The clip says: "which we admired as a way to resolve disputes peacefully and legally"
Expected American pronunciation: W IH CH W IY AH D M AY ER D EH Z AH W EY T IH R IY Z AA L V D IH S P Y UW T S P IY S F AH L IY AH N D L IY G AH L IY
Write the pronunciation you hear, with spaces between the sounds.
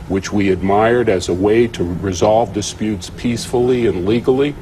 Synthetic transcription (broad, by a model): W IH CH W IY AH D M AY ER D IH Z AH W EY T IH R IY Z AA L V D IH S P Y UW T S P IY S F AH L IY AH N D L IY G L IY